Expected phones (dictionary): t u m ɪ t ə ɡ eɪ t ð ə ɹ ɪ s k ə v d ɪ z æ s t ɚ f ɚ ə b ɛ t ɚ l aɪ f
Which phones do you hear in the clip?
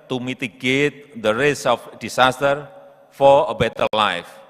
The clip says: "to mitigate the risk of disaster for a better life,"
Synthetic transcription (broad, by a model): t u m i t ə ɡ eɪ t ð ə ɹ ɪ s ə f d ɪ s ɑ s t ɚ f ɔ ə b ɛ t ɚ l aɪ f